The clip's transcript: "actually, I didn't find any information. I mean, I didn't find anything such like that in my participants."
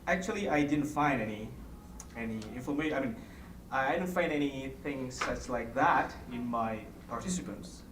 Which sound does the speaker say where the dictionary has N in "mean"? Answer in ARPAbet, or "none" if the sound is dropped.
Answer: N